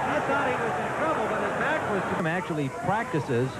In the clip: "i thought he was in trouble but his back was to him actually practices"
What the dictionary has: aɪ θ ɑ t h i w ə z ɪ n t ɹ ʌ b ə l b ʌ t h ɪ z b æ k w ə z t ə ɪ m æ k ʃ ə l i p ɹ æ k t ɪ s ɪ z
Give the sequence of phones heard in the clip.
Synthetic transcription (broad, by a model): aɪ s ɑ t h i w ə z ɪ n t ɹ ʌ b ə l b ʌ t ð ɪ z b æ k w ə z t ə ɪ m æ k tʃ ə l i p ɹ æ k t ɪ s ɪ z